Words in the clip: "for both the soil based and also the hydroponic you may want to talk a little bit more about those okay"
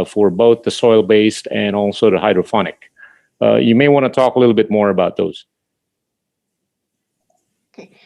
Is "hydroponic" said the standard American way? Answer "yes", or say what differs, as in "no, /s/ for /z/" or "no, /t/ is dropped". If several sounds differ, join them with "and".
no, /f/ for /p/